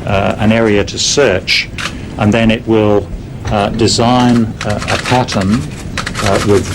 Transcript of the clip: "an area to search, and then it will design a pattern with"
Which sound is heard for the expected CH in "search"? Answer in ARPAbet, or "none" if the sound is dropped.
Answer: CH